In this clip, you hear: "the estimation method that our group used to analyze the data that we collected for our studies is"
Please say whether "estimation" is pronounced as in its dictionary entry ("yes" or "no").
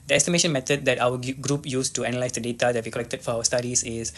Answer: yes